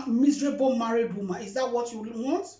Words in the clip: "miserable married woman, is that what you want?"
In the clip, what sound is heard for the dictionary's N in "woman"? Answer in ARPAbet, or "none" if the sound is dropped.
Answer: none